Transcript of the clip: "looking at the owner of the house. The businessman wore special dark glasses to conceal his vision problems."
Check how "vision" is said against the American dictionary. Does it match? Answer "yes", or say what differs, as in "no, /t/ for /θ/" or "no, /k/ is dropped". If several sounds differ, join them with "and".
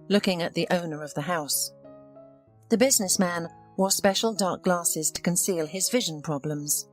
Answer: yes